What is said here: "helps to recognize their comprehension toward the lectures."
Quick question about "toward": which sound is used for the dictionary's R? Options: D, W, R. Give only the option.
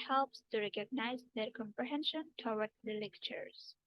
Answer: W